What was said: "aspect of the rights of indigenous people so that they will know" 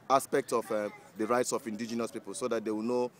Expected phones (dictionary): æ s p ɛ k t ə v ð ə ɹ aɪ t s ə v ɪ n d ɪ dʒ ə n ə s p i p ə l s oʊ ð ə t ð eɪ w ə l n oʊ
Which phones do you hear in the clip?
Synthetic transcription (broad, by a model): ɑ s p ɛ k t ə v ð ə ɹ aɪ t s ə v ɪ n d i dʒ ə n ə s p i p ə l s oʊ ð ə t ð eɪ w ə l n oʊ